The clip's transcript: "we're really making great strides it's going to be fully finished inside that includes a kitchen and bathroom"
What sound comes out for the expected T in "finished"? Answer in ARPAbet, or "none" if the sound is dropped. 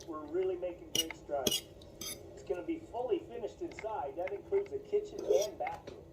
T